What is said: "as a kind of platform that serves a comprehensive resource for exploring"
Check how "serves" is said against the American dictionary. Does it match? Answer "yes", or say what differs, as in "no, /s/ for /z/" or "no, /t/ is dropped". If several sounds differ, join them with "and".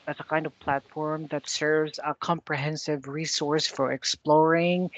yes